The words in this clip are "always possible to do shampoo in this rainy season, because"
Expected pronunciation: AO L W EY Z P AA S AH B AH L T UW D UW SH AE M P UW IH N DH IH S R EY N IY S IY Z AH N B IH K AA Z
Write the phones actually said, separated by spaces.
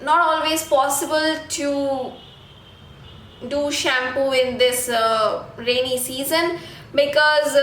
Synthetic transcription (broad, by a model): AO L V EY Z P AA S AH B AH L T UW D UW SH AE M P UW IH N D IH S R EY N IY S IY Z AH N B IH K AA Z